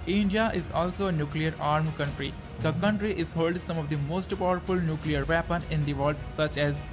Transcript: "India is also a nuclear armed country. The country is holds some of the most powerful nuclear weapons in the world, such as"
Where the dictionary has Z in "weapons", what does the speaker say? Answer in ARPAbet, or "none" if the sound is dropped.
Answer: none